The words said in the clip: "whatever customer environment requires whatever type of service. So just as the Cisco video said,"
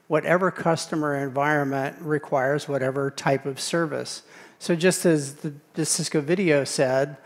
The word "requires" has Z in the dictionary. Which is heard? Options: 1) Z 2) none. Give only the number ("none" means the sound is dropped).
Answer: 1